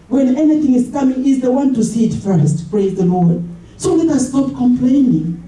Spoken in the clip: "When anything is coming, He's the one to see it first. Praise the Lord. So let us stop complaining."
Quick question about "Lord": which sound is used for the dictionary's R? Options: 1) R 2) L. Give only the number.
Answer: 1